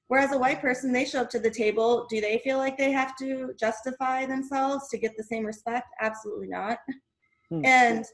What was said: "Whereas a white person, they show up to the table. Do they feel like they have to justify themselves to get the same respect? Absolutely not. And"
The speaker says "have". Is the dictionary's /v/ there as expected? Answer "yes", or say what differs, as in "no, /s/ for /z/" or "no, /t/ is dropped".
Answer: no, /f/ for /v/